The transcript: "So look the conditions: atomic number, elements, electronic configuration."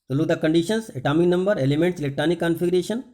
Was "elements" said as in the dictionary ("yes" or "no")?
yes